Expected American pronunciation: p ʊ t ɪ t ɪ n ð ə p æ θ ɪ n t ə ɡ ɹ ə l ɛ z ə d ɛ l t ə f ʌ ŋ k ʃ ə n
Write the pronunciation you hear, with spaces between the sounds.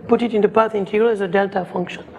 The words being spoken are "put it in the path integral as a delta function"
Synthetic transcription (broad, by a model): p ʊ t ɪ t ɪ n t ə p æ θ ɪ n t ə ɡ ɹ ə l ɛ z ə d ɛ l t ə f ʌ ŋ k ʃ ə n